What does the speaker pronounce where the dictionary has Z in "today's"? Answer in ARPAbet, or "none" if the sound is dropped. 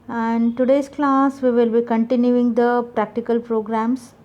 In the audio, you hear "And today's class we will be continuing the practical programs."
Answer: S